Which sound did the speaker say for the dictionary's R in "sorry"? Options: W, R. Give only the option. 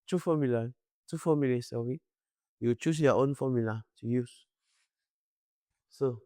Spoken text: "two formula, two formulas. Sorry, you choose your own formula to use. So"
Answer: W